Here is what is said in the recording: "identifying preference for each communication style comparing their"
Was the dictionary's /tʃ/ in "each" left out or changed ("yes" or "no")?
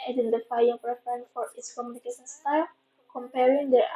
yes